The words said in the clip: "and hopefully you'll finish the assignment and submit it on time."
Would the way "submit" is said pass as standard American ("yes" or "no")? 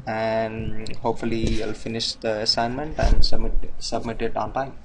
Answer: yes